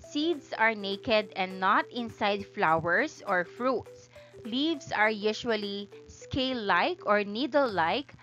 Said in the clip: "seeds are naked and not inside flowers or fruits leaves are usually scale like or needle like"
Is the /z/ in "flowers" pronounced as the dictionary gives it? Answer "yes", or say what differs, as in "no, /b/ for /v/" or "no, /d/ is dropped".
no, /s/ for /z/